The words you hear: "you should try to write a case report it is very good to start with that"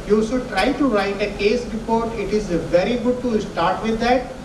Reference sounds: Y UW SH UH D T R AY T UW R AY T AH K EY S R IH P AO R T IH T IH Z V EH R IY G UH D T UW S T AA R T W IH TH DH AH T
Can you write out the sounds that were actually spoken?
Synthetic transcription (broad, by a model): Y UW S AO T R AY T UW R AY T AH K EY S R IH P AO R T IH T IH Z V EH R IY G UH D T UW S T AA R T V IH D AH T